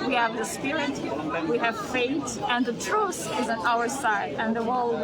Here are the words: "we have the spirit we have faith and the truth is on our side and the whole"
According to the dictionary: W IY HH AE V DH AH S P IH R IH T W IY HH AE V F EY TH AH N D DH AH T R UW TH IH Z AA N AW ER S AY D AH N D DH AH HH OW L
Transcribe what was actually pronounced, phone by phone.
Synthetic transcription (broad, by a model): W IY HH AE V DH AH S P IH R IH T W IY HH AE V F EY T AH N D DH AH T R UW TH IH Z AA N AW ER S AY D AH N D DH AH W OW L